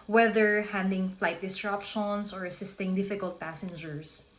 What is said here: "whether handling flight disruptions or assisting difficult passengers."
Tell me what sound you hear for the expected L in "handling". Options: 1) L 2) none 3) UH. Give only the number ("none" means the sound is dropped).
2